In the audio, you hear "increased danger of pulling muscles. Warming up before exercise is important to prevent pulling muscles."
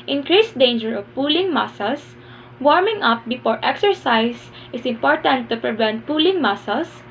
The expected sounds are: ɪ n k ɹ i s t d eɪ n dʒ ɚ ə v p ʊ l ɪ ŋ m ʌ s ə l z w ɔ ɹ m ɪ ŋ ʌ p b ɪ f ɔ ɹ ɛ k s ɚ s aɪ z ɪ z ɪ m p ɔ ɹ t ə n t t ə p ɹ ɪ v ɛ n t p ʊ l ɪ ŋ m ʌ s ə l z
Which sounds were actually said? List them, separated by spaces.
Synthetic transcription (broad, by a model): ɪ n k ɹ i s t d eɪ n dʒ ɚ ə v p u l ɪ ŋ m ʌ s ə l s w ɔ ɹ m ɪ ŋ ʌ p b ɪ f ɔ ɹ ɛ k s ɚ s aɪ s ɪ s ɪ m p ɔ ɹ t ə n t t ə p ɹ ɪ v ɛ n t p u l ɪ ŋ m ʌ s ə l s